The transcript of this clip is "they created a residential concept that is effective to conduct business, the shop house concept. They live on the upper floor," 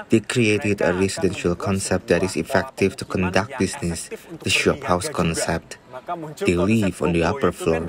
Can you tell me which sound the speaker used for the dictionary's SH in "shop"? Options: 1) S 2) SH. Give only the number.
2